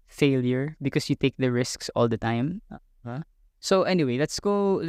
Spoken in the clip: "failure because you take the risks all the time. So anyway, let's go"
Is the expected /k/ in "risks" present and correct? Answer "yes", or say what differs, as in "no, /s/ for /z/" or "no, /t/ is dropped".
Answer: yes